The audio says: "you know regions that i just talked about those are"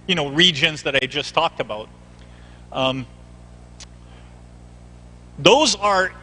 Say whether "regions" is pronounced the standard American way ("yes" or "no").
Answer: yes